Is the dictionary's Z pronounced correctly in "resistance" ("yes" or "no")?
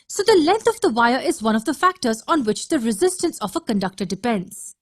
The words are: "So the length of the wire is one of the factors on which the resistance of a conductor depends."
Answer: yes